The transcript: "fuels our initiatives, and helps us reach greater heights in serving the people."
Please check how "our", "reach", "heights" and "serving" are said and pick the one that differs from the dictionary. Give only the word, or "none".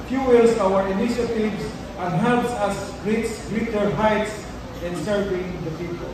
reach